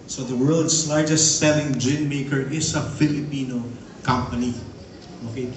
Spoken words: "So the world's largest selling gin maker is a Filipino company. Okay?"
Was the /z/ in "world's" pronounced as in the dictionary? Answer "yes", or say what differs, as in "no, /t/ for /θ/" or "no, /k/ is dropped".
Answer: no, /s/ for /z/